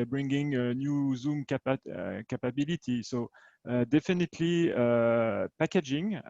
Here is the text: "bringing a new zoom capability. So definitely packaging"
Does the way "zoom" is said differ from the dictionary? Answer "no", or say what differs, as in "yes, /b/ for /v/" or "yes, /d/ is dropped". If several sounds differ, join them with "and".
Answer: no